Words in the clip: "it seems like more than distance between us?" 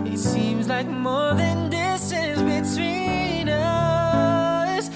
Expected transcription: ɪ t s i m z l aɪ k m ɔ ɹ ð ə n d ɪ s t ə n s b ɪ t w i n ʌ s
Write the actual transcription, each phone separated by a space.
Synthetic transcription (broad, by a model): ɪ t s i m z l aɪ k m ɔ ɹ ð ə n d ɪ s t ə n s b ɪ t w i n ʌ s